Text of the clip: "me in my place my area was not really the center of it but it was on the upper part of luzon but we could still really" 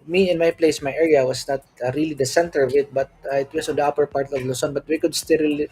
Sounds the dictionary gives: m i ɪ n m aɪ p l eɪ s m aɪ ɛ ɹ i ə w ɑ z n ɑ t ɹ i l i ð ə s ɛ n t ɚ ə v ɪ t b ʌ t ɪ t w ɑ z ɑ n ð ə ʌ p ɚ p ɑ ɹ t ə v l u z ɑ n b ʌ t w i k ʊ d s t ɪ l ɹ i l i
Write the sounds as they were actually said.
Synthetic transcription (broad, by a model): m i ɪ n m aɪ p l eɪ s m aɪ ɛ ɹ i ə w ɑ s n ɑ t ɹ i l i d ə s ɛ n t ɚ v ɪ t b ʌ t ɪ t w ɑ s ɑ n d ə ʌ p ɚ p ɑ ɹ t ə v l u s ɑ n b ʌ t w i k ʊ d s t ɪ l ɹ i l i